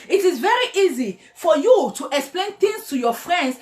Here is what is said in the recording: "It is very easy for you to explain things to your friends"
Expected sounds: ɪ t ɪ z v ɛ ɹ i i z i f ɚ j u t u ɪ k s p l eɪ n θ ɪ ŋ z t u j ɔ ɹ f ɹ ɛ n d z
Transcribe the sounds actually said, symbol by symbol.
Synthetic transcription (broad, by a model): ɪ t ɪ z v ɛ ɹ i i z i f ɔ j u t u ɪ k s p l eɪ n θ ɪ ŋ s t u j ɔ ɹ f ɹ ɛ n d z